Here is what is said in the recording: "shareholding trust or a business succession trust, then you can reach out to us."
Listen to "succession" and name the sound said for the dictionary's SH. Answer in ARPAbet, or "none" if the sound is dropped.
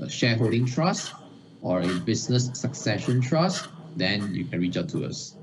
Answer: SH